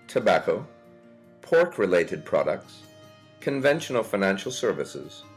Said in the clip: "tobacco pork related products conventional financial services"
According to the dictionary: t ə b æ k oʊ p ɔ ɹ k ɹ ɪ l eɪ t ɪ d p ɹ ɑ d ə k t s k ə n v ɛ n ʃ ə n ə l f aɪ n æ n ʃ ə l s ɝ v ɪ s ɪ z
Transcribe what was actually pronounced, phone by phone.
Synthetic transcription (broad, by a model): t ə b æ k oʊ p ɔ ɹ k ɹ ɪ l eɪ t ɪ d p ɹ ɑ d ə k t s k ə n v ɛ n ʃ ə n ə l f aɪ n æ n ʃ l s ɝ v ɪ s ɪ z